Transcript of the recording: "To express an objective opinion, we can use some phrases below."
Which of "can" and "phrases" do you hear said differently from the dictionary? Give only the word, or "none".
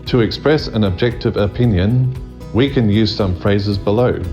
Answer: none